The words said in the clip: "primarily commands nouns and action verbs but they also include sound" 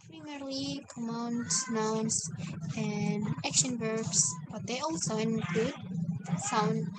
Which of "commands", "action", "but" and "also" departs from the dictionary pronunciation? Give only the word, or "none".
commands